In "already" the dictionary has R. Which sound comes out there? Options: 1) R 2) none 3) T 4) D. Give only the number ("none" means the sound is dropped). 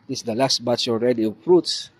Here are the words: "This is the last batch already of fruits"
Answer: 1